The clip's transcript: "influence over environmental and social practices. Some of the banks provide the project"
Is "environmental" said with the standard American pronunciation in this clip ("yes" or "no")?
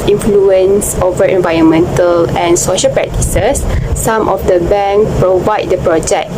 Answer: yes